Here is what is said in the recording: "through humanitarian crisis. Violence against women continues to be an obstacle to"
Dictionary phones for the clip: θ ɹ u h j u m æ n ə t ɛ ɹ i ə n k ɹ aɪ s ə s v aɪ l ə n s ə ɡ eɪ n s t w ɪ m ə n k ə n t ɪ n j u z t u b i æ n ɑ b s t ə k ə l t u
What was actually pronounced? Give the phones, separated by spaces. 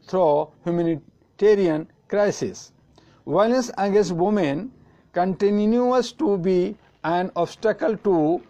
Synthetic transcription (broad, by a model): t ɹ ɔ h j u m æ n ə t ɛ ɹ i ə n k ɹ aɪ s ə s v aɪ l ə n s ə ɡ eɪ s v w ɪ m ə n k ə n t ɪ n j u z t u b i æ n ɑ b s t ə k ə l t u